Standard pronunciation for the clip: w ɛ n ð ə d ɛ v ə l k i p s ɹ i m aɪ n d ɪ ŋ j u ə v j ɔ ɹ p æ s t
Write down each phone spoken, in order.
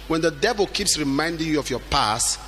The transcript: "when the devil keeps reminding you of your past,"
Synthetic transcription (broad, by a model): w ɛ n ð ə d ɛ v ə l k i p s ɹ i m aɪ n d ɪ ŋ j u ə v j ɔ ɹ p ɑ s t